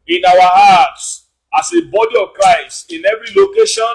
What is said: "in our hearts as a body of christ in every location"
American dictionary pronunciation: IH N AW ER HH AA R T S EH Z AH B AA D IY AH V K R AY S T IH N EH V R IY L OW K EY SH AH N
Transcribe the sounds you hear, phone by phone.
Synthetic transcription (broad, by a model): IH N AW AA HH AA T S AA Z AH B AA D IY AH V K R AY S IH N EH V R IY L OW K EY SH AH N